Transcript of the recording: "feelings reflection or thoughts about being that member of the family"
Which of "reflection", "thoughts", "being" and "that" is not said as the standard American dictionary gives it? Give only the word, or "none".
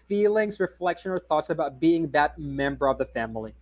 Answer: none